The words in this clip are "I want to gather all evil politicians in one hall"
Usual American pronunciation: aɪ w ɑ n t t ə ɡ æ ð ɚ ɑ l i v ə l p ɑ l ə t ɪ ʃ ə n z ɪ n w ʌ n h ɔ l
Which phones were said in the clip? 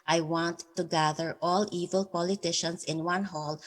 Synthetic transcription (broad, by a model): aɪ w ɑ n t t ə ɡ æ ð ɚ ɑ l i v ə l p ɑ l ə t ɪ ʃ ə n s ɪ n w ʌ n h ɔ l